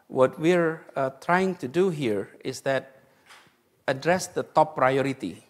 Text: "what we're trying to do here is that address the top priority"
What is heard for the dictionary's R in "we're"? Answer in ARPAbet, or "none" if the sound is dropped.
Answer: R